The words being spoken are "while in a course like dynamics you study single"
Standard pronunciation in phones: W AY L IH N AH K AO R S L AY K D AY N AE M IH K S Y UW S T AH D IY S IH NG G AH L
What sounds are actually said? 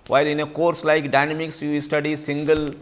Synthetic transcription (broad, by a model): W AY L IH N AH K AO R S L AY K D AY N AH M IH K S Y UW S T AH D IY S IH NG G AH L